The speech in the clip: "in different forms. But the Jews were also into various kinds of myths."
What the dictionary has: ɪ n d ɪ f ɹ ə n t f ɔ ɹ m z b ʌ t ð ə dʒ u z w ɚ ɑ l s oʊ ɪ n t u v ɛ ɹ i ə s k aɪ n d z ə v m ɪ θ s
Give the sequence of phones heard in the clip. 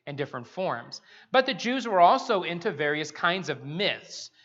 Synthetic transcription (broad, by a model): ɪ n d ɪ f ɹ ə n t f ɔ ɹ m z b ʌ t ð ə dʒ u z w ɚ ɑ l s oʊ ɪ n t u v ɛ ɹ i ə s k aɪ n d z ə v m ɪ θ s